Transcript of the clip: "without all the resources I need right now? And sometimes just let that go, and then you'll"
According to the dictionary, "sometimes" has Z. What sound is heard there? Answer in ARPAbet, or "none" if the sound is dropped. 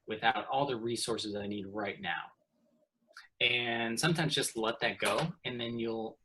Z